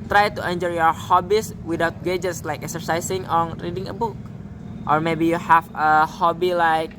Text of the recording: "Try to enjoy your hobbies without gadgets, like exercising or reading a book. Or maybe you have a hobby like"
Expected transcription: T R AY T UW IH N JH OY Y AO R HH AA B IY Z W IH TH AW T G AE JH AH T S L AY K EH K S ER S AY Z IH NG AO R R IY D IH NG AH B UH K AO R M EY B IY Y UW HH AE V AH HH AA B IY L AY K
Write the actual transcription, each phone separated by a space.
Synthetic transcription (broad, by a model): T R AY T UW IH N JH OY Y AO R HH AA B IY S W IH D AW T G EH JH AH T S L AY K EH K S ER S AY S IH NG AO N R IY D IH NG AH B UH K AO R M EY B IY Y UW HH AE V AH HH AA B IY L AY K